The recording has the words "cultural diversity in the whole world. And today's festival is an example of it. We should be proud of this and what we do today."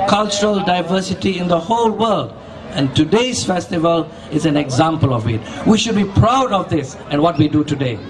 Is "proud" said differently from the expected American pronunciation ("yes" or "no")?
no